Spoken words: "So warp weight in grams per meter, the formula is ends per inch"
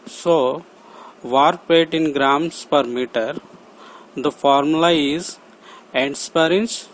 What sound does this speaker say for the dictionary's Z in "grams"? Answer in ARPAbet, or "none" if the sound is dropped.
S